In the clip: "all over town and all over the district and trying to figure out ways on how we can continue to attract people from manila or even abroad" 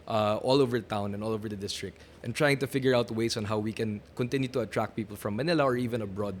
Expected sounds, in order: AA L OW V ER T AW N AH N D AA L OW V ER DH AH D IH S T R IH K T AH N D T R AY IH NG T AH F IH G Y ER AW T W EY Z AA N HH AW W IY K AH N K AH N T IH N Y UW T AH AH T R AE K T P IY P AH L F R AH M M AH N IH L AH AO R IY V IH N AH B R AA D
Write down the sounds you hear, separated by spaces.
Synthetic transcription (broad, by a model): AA L OW V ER T AW N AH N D AA L OW V ER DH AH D IH S T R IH K T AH N T R AY IH NG T AH F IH G Y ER AW T W EY S AA N HH AW W IY K AH N K AH N T IH N Y UW T AH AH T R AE K P IY P AH L F R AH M M AH N IH L AH AO R IY V IH N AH B R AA D